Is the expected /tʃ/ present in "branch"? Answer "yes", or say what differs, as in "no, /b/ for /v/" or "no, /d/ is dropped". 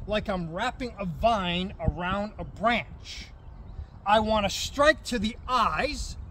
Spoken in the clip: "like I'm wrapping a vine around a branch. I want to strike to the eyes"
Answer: yes